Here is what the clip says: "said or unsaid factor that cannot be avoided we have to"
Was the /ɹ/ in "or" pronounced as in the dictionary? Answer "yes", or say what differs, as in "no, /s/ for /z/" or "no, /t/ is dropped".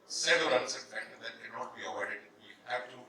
no, /l/ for /ɹ/